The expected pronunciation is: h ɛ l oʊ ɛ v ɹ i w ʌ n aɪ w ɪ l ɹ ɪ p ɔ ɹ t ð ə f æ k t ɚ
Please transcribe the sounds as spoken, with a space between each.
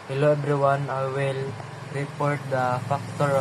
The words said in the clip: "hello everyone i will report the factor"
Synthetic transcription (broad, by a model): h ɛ l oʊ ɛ b ɹ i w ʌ n aɪ w ɪ l ɹ ɪ p ɔ ɹ t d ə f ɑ k t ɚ